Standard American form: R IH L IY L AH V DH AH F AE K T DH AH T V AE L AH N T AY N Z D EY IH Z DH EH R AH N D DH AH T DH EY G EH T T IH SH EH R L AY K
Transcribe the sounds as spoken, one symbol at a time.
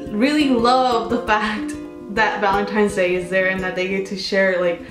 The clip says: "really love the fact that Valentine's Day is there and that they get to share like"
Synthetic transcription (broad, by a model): R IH L IY L AH V DH AH F AE K T DH AH T V AE L AH N T AY N Z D EY IH Z DH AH R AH N DH AH T DH EY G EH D T IH SH EH R L AY K